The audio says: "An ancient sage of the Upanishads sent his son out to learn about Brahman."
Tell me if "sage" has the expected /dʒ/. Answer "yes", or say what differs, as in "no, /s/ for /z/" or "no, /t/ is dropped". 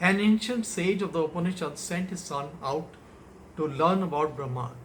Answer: yes